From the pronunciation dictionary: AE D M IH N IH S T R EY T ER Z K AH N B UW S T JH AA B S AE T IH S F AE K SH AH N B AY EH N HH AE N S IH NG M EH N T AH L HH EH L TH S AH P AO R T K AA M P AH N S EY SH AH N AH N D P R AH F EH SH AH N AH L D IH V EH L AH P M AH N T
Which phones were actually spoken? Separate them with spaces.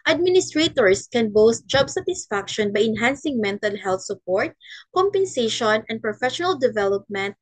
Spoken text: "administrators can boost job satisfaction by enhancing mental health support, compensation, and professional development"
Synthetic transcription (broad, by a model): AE D M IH N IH S T R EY T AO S K AH N B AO S T JH AA B S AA T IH S F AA K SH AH N B AY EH N HH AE N S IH NG M EH N T AH L HH EH L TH S AH P AO R T K AA M P AH N S EY SH AH N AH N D P R AH F EH SH AH N AH L D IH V EH L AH P M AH N T